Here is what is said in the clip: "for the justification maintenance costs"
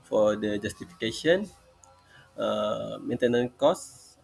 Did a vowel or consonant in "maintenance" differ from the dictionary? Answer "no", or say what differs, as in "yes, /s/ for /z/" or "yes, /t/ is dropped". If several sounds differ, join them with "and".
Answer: yes, /s/ is dropped